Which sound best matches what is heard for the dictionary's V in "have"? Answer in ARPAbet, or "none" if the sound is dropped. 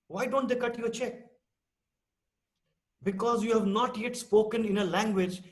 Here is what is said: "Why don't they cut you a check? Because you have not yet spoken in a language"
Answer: V